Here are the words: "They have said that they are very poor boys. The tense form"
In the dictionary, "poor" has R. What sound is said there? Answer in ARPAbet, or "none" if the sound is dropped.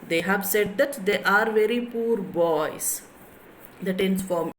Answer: R